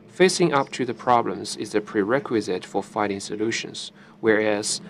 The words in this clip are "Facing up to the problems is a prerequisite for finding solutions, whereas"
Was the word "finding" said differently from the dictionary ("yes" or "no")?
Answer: yes